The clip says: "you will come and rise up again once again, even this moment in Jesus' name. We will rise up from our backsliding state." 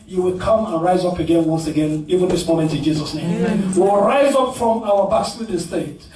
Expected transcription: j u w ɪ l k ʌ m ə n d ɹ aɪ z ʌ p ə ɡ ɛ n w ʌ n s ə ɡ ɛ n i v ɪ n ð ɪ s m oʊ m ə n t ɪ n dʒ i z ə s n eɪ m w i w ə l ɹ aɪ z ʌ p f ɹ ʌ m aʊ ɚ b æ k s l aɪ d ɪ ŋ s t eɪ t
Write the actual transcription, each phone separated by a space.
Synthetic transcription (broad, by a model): j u w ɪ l k ʌ m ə n ɹ aɪ z ʌ p ə ɡ ɛ n w ʌ n s ə ɡ ɛ n i v ɪ n ð ɪ s m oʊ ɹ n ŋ ɪ n dʒ i z ə s n eɪ m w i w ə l ɹ aɪ z ʌ p f ɹ ʌ m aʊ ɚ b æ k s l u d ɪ s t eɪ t